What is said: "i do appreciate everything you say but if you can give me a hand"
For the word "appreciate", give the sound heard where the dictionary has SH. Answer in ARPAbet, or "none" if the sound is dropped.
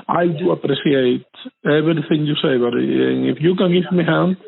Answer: S